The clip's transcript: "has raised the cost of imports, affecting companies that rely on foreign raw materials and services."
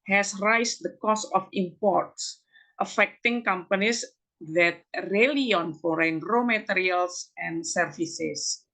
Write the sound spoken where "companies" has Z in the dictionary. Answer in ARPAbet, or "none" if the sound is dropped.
S